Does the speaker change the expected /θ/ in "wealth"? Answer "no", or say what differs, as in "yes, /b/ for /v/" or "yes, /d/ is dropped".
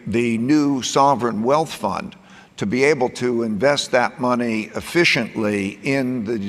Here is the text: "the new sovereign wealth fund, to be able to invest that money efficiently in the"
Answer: no